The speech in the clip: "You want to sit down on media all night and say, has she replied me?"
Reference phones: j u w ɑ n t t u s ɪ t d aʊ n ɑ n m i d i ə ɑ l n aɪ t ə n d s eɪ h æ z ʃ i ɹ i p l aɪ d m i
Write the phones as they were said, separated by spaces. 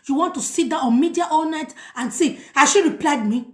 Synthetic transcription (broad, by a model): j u w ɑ n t t u s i t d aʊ ɑ n m i d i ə ɑ l n aɪ t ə n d s eɪ h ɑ ʃ i ɹ i p l aɪ d m i